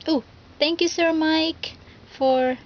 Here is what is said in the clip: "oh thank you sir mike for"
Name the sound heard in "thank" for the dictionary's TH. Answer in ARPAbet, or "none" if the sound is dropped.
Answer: T